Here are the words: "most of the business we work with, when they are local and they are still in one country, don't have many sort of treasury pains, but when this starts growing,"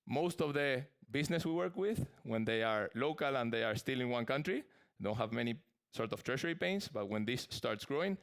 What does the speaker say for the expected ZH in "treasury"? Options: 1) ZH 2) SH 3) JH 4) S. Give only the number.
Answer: 2